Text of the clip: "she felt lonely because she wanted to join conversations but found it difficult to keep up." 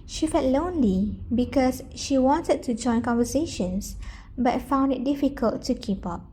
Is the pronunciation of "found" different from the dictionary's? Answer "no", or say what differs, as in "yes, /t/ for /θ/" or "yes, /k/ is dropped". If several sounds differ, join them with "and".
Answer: no